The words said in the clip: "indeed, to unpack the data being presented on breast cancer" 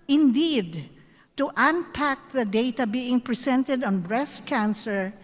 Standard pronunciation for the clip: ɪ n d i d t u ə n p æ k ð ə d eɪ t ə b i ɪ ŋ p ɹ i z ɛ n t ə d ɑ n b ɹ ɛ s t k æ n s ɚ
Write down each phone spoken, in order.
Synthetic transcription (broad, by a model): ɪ n d i d t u ə n p æ k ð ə d eɪ t ə b i ɪ ŋ p ɹ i s ɛ n t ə d ɑ n b ɹ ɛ s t k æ n s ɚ